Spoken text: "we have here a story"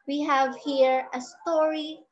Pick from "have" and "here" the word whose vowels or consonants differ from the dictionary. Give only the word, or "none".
none